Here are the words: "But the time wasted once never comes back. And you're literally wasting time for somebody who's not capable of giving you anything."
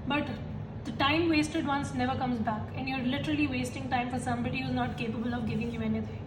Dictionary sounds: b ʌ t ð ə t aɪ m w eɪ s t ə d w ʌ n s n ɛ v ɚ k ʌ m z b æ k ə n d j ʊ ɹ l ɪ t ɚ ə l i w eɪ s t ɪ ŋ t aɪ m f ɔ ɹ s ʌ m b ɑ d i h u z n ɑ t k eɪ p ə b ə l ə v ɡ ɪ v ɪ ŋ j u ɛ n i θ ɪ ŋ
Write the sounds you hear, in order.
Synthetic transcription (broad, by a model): b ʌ t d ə t aɪ m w eɪ s t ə d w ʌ n s n ɛ v ɚ k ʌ m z b æ k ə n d j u ɹ l ɪ t ɚ ə l i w eɪ s t ɪ ŋ t aɪ m f ɔ ɹ s ʌ m b ɑ d i h u z n ɑ t k eɪ p ə b ə l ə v ɡ ɪ v ɪ ŋ j u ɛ n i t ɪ ŋ